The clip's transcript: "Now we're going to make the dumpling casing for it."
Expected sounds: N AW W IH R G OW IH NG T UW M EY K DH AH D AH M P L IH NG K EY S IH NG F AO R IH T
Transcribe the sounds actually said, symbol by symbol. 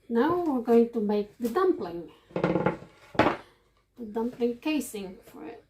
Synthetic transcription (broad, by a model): N AW W IH R G OW IH NG T UW M EY K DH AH D AH M P L IH NG K EY S IH NG F AO R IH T